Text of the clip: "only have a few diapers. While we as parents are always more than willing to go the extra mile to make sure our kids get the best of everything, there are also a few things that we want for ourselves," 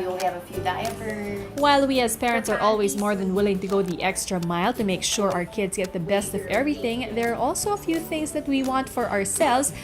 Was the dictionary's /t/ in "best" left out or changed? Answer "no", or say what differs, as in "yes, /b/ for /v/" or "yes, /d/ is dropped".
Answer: no